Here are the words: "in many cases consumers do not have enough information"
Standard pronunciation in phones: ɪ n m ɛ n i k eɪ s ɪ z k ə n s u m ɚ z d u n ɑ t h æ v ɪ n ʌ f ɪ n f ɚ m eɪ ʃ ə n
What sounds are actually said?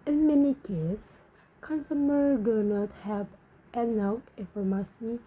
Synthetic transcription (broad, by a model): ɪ n m ɛ n i k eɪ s k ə n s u m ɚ d u n ɑ t h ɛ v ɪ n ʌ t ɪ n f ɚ m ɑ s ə